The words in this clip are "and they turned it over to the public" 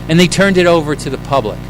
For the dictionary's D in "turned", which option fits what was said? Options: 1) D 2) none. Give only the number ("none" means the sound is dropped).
1